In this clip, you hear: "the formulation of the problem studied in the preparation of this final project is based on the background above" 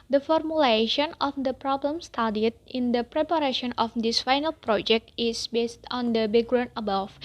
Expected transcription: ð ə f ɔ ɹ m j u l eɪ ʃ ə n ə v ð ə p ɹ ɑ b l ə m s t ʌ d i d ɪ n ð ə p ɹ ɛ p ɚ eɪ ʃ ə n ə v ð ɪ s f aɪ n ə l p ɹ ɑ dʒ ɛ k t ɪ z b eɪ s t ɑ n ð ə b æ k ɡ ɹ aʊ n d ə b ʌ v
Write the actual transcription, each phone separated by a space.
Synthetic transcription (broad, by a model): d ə f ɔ ɹ m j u l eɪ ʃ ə n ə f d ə p ɹ ɑ b l ə m s t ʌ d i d ɪ n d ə p ɹ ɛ p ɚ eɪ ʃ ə n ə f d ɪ s f aɪ n ə l p ɹ ɑ dʒ ɛ k t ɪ s b eɪ s t ɑ n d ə b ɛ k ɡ ɹ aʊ n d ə b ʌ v